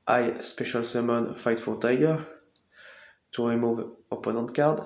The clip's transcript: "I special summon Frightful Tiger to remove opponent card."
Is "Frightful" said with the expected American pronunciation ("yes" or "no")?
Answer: no